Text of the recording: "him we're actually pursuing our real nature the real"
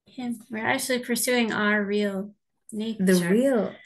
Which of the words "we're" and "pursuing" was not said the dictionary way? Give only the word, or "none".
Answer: none